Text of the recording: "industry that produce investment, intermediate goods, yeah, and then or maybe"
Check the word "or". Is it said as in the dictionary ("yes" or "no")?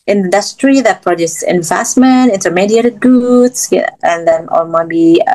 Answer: no